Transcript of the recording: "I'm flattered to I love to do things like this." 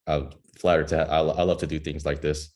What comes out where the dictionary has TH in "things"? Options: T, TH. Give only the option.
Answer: TH